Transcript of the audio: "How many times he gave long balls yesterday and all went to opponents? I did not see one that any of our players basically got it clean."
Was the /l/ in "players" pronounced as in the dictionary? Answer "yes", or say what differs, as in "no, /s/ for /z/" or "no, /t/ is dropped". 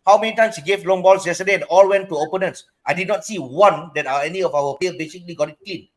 no, /l/ is dropped